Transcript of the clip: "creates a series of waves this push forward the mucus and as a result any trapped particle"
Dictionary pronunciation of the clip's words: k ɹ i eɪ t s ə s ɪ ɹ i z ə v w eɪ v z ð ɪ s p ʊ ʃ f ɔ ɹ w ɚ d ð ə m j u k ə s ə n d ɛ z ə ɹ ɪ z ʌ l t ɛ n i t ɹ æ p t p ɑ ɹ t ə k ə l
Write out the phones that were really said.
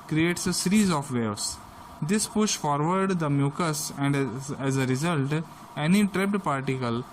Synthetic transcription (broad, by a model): k ɹ i eɪ t s ə s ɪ ɹ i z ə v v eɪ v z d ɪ s p ʊ ʃ f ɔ ɹ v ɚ d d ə m j u k ə s ə n d ɛ z ə ɹ ɪ z ʌ l t ɛ n i t ɹ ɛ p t p ɑ ɹ t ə k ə l